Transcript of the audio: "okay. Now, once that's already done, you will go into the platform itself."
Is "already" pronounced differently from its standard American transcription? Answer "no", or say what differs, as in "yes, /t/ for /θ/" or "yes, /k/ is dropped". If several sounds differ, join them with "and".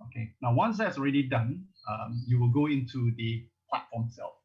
no